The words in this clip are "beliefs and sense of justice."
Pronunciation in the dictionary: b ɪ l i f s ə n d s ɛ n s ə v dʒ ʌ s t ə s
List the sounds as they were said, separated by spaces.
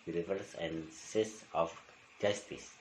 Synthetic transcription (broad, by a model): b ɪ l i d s ə n d s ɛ s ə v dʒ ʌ s t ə s